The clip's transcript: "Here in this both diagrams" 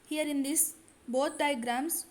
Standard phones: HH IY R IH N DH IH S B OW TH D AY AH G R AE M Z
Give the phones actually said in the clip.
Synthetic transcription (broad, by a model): HH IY R IH N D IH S B OW T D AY G R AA M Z